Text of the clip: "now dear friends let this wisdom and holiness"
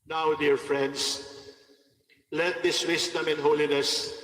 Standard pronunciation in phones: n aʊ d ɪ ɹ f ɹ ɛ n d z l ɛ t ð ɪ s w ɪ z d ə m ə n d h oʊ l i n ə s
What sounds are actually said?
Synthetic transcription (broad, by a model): n aʊ d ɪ ɹ f ɹ ɛ n d s l ɛ t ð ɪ s w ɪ s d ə m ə n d h oʊ l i n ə s